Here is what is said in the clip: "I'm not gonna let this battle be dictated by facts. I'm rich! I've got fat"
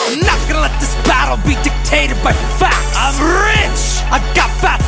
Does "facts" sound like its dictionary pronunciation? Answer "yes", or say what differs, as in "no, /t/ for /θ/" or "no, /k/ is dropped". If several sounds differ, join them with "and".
no, /s/ is dropped